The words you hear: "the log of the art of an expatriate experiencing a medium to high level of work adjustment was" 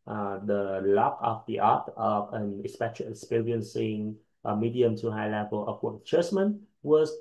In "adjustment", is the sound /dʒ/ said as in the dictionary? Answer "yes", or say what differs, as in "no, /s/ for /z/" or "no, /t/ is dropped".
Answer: no, /tʃ/ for /dʒ/